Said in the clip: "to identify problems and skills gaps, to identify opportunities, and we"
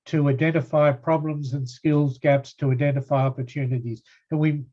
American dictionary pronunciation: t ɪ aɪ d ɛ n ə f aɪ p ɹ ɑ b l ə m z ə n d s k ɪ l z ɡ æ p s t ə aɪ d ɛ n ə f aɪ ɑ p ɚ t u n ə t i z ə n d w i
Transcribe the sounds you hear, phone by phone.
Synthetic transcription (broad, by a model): t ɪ aɪ d ɛ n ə f aɪ p ɹ ɑ b l ə m z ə n s k ɪ l z ɡ æ p s t ə aɪ d ɛ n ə f aɪ ɑ p ɚ t u n ə t i z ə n w i